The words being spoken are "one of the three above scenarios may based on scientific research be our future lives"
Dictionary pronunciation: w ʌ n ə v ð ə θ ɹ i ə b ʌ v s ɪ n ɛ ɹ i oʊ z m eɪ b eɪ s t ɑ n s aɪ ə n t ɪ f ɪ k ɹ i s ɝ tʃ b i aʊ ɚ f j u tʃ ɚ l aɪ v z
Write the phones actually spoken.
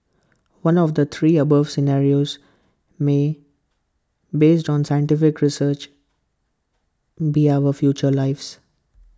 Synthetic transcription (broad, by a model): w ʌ n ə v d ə t ɹ i ə b ʌ v s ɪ n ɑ ɹ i oʊ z m eɪ b eɪ s t ɑ n s aɪ ə n t ɪ f ɪ k ɹ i s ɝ tʃ b i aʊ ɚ f j u tʃ ɚ l aɪ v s